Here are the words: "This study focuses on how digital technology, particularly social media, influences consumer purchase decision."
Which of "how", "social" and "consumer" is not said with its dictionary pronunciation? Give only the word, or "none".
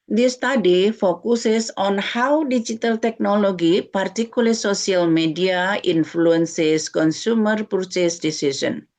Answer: social